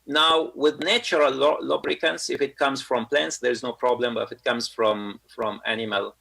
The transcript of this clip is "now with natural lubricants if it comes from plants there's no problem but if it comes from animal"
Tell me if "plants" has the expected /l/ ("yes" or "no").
yes